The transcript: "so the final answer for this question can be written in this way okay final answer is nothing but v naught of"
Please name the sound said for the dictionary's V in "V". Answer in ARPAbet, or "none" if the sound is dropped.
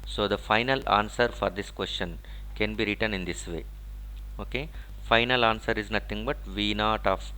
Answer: V